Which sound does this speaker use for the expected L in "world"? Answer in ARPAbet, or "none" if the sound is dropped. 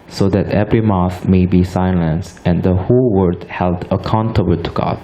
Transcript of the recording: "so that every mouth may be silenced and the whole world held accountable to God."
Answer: none